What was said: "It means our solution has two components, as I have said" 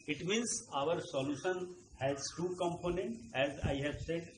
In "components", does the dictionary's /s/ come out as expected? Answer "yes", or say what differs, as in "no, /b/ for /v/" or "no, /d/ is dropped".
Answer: no, /s/ is dropped